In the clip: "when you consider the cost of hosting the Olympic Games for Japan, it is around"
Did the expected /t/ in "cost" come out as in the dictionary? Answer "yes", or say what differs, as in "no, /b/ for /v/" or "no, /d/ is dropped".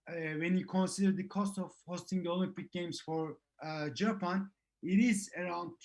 yes